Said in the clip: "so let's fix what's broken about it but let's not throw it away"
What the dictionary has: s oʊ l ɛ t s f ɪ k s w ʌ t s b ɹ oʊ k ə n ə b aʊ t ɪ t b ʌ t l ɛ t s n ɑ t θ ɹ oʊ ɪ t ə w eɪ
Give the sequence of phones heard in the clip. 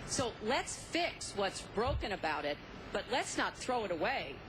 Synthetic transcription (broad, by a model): s oʊ l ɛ t s f ɪ k s w ʌ t s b ɹ oʊ k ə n ə b aʊ t ɪ t b ʌ t l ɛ t s n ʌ t θ ɹ oʊ ɪ t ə w eɪ